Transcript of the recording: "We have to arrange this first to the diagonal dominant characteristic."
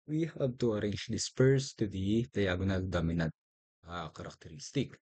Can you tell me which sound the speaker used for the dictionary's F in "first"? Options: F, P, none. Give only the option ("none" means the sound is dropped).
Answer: P